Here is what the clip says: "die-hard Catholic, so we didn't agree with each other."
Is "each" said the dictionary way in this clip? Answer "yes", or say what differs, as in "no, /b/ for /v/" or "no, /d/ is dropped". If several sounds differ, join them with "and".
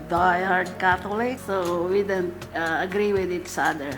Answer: no, /s/ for /tʃ/